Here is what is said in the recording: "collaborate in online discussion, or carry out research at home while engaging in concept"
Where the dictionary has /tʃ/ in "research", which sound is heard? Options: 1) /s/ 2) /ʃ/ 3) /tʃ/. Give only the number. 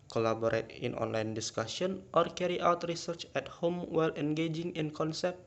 3